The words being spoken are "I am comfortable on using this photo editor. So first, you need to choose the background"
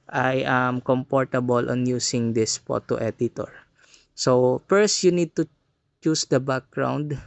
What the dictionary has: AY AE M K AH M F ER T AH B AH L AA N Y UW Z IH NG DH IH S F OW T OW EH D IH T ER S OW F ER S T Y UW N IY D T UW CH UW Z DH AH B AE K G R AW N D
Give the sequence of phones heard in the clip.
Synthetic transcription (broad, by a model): AY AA M K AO M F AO T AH B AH L AA N Y UW S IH NG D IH S P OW T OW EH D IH T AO S OW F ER S T Y UW N IY D T UW CH UW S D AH B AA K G R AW N D